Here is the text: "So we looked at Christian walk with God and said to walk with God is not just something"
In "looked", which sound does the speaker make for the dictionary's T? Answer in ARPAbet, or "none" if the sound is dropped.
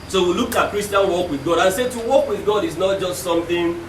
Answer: none